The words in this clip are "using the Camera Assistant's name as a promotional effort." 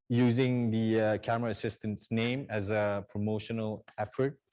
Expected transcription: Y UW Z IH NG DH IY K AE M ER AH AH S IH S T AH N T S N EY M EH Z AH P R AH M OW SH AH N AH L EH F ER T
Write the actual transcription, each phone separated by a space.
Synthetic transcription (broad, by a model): Y UW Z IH NG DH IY K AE M ER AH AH S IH S T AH N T S N EY M EH Z AH P R AH M OW SH AH N AH L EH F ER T